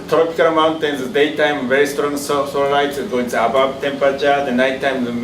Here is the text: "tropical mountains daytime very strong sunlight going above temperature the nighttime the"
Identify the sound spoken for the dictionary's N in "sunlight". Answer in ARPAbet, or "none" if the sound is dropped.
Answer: L